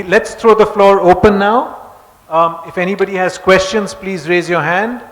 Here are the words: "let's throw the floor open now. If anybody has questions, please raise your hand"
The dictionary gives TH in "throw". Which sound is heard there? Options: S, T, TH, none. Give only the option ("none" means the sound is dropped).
T